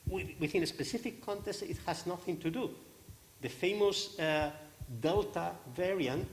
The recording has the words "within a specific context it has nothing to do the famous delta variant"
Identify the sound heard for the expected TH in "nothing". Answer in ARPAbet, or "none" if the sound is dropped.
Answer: TH